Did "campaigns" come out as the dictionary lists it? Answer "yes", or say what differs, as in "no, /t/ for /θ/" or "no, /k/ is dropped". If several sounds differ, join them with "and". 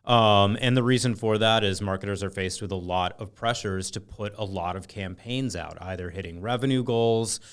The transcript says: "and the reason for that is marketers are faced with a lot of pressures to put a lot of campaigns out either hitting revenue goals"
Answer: yes